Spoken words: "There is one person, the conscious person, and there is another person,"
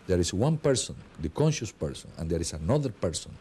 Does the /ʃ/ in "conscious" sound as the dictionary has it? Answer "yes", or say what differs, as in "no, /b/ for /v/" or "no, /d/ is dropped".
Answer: yes